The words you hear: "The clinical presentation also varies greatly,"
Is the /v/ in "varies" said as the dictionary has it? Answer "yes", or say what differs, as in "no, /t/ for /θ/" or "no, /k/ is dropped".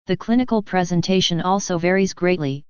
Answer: yes